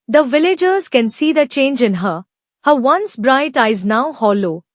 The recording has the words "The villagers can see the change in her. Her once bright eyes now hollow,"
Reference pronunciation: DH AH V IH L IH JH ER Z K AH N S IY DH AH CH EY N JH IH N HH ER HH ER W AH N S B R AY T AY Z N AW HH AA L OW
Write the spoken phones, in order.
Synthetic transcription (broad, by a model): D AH V IH L IH JH ER Z K AH N S IY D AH CH EY N JH IH N HH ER HH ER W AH N S B R AY T AY Z N AW HH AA L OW